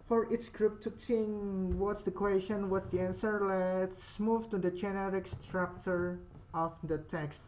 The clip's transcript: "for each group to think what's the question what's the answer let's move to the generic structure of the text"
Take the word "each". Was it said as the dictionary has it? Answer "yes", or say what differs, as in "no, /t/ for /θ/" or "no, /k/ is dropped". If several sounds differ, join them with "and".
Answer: no, /s/ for /tʃ/